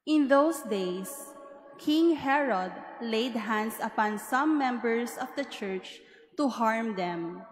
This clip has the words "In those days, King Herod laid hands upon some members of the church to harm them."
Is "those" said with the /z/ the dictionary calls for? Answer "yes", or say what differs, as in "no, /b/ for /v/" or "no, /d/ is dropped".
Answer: no, /s/ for /z/